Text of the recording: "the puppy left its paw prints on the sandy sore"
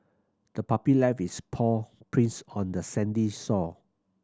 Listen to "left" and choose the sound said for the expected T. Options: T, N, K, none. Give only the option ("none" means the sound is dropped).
none